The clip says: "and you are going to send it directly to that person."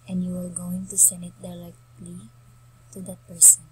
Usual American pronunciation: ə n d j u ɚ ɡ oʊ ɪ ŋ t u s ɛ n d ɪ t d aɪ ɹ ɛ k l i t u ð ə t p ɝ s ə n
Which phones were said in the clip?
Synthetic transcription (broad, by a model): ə n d j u ɚ ɡ oʊ ɪ ŋ t u s ɛ n d ɪ t d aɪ l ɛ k l i t u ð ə t p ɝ s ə n